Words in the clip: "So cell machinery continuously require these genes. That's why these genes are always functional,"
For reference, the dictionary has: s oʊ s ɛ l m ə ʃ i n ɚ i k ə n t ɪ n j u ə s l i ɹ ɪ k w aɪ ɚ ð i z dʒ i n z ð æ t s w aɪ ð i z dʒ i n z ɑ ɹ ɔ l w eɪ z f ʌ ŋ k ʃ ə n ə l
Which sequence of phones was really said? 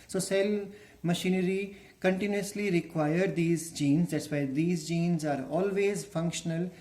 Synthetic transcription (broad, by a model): s oʊ s ɛ l m ə ʃ i n ɚ i k ə n t ɪ n j u ə s l i ɹ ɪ k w aɪ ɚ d i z dʒ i n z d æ t s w aɪ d i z dʒ i n z ɑ ɹ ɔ l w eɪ z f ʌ ŋ k ʃ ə n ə l